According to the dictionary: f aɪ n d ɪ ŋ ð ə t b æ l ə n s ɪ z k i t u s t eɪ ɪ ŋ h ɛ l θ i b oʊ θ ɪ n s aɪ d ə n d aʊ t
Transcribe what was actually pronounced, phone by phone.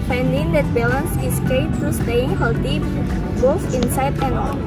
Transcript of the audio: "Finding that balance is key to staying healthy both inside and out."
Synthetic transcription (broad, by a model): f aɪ n d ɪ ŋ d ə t b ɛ l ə n s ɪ s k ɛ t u s t eɪ ɪ ŋ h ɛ l t i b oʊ f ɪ n s aɪ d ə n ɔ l